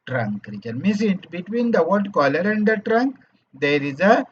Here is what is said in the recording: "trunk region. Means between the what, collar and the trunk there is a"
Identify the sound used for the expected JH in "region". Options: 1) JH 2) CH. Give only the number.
2